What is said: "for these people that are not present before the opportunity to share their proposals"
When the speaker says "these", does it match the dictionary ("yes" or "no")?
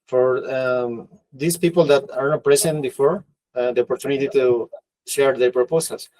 no